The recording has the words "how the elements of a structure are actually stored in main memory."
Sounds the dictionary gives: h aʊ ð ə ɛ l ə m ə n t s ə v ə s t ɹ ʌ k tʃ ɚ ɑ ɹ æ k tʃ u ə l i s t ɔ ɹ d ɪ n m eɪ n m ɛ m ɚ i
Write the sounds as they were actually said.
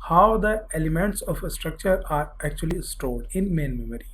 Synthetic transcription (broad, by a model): h aʊ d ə ɛ l ə m ə n t s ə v ə s t ɹ ʌ k tʃ ɚ ɑ ɹ æ k tʃ u ə l i s t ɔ l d ɪ n m eɪ n m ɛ m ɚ i